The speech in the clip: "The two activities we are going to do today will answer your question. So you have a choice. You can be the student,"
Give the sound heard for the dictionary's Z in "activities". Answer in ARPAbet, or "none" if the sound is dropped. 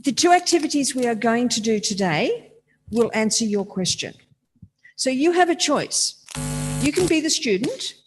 Z